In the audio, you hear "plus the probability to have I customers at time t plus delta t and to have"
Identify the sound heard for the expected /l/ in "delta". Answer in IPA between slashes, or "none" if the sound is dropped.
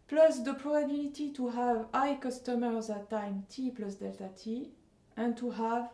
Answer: /l/